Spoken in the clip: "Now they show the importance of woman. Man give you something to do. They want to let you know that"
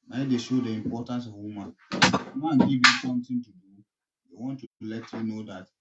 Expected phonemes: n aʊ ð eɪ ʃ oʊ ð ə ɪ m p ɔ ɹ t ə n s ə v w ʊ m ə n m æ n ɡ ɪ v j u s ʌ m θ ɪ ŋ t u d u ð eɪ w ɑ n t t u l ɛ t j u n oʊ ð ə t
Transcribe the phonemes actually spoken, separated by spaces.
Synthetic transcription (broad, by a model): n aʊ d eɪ ʃ oʊ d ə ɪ m p ɔ t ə n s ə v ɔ m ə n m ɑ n ɡ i v j u s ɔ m t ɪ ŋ t u d u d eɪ w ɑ n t t u l ɛ t j u n oʊ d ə t